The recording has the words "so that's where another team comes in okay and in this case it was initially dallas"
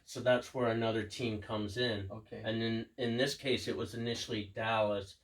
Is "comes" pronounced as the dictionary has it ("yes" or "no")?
yes